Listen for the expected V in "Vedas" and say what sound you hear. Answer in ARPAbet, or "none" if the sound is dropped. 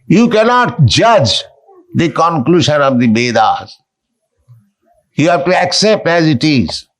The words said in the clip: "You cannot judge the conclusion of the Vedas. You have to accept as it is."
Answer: B